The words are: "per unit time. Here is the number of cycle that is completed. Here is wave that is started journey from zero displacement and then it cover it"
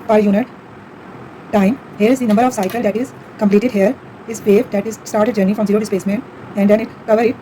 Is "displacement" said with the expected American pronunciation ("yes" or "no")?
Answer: no